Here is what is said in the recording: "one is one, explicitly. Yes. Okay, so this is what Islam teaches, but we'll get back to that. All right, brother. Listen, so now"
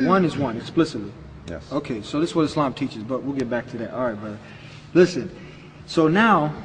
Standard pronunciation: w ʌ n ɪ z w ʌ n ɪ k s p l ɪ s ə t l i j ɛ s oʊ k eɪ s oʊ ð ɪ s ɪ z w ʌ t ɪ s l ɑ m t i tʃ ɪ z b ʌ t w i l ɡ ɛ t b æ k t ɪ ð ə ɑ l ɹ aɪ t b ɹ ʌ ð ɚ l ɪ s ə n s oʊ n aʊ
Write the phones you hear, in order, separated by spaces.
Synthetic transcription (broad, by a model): w ʌ n ɪ z w ʌ n ɪ k s p l ɪ s ə t l i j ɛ oʊ k eɪ s oʊ ð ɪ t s w ʌ t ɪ s l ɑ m t i tʃ ɪ z b ʌ t w i l ɡ ɛ t b æ k t ɪ ð ə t ɹ aɪ t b ʌ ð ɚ l ɪ s ə n s oʊ n aʊ